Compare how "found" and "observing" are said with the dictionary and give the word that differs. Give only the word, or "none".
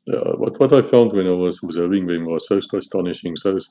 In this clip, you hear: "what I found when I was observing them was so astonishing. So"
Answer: observing